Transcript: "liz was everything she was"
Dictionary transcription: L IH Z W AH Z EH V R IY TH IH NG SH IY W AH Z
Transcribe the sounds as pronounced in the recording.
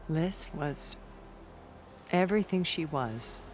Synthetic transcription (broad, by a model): L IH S W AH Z EH V R IY TH IH NG SH IY W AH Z